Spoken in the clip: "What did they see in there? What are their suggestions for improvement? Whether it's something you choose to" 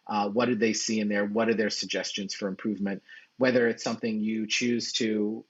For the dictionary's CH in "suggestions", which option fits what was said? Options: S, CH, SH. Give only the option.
CH